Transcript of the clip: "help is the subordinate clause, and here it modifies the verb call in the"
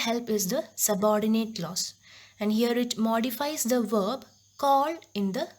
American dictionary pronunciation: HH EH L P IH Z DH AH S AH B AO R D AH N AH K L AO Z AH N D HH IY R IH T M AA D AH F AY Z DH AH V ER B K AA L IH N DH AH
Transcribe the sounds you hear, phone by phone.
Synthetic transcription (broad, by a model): HH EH L P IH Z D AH S AH B AO R D AH N AH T L AO S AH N D HH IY R IH T M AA D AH F AY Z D AH V ER B K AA L IH N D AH